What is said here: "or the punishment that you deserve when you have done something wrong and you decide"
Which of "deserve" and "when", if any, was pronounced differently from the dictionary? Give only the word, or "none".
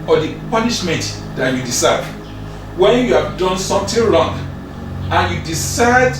deserve